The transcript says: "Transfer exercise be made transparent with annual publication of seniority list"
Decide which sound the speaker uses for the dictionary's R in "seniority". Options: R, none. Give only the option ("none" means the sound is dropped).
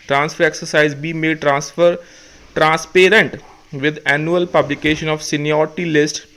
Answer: none